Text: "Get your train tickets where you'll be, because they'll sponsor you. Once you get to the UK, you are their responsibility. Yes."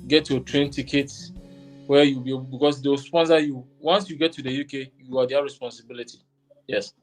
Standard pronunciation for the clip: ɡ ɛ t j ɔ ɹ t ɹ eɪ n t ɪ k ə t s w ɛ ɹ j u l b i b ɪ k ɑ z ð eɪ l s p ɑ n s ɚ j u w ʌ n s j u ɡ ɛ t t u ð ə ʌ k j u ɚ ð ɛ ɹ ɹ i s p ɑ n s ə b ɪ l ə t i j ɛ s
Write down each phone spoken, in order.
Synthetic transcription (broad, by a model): ɡ ɛ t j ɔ t ɹ eɪ n t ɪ k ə t w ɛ j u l b i b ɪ k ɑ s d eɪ w s p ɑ n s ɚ j u w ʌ n s j u ɡ ɛ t t u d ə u k j u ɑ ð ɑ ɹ ɹ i s p ɑ n s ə b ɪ l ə t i j ɛ s